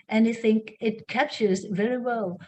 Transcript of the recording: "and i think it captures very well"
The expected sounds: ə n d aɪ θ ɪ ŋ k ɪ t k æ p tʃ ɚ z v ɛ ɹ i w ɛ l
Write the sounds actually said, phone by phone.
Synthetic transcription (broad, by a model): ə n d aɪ θ ɪ ŋ k ɪ t k æ p tʃ ɚ z v ɛ ɹ i w ɛ l